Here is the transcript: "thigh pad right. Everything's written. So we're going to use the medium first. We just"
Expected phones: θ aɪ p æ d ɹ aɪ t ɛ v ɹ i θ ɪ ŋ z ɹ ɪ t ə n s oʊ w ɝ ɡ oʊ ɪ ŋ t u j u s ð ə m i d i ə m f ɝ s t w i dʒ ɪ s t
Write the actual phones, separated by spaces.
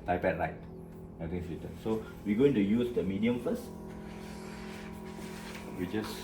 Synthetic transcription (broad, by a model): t aɪ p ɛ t ɹ aɪ t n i t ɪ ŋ s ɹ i t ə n s oʊ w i ɡ oʊ ɪ ŋ t u j u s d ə m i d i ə m f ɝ s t w i dʒ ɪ s